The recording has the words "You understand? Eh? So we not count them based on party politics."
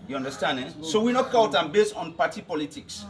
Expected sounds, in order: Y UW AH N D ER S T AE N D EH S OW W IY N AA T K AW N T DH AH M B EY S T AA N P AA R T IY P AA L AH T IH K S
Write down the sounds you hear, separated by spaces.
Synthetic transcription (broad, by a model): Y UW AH N D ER S T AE N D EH S OW W IY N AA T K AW T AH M B EY S T AA N P AA T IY P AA L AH T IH K S